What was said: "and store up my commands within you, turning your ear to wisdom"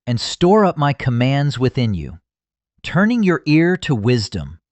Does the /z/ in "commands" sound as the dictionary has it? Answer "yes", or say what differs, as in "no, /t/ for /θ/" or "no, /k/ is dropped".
yes